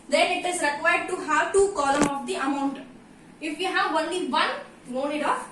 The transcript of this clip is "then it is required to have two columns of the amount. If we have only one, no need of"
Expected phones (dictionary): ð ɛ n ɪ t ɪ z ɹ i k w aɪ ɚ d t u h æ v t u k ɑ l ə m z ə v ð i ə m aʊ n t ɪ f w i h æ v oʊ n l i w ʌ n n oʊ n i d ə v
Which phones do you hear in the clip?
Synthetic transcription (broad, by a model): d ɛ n ɪ t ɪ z ɹ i k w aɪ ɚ d t u h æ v t u k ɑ l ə m ə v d i ə m aʊ n t ɪ f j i h æ v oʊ n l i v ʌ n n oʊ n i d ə